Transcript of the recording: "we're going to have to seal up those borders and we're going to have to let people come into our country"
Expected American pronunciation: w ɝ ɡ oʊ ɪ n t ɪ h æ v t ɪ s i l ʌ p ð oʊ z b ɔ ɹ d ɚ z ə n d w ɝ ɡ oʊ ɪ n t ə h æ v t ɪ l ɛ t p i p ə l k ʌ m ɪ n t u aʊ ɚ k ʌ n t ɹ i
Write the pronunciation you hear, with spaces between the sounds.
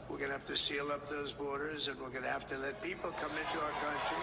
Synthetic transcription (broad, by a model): w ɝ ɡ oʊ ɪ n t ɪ h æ f t ɪ s i l ʌ p ð oʊ z b ɔ ɹ d ɚ z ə n w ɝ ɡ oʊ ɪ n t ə h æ f t ɪ l ɛ t p i p l k ʌ m ɪ n t u aʊ ɚ k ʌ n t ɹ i